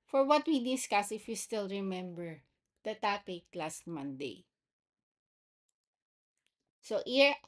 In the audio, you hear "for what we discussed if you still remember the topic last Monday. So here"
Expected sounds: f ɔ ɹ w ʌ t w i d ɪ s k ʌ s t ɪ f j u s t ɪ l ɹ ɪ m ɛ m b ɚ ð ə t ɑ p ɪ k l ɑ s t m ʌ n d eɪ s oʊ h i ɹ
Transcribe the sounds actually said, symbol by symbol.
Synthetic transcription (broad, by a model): f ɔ ɹ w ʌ t w i d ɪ s k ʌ s ɪ f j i s t ɪ l ɹ ɪ m ɛ m b ɚ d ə t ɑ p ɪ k l ɑ s t m ʌ n d eɪ s oʊ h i ɹ